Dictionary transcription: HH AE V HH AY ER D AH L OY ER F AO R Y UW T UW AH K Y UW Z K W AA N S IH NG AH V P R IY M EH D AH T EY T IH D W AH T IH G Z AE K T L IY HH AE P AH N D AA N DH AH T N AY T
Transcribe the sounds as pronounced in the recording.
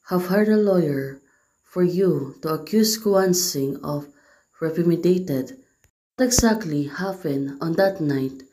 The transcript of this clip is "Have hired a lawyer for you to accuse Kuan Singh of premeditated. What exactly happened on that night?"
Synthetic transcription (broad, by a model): HH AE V HH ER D AH L OY ER F AO R Y UW T UW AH K Y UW S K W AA N S IH NG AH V R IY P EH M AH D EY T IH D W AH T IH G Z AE K T L IY HH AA F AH N AA N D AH T N AY T